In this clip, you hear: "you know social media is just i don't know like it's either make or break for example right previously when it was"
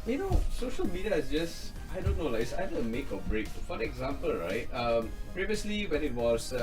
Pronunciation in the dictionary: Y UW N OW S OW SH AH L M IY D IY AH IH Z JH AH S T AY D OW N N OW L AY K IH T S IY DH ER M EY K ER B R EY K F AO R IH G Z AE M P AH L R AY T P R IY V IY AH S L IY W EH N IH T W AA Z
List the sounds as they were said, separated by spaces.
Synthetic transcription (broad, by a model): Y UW N OW S OW SH AH L M IY D IY AH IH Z JH AH S T AY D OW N N OW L AY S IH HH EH ER M EY K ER B R EY K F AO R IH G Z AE M P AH L R AY T P R IY V IY AH S L IY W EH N IH T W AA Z